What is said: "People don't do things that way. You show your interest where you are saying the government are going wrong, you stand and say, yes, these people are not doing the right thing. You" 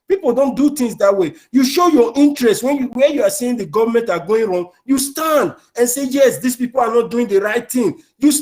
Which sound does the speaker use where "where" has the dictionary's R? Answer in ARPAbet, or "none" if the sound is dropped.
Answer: W